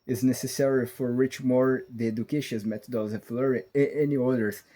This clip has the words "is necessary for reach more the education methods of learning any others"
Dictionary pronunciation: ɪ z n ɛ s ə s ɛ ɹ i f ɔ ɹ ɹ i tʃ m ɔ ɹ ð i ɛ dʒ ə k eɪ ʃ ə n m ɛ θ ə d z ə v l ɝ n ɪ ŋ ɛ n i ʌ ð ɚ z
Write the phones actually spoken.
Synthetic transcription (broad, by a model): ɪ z n ɛ s ə s ɛ ɹ i f ɔ ɹ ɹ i tʃ m ɔ ɹ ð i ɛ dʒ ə k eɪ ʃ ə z m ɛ t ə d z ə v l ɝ ɪ ɛ n i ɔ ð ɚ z